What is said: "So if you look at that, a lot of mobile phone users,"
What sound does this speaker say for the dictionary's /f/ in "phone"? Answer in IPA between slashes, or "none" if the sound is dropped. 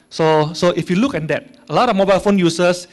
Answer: /f/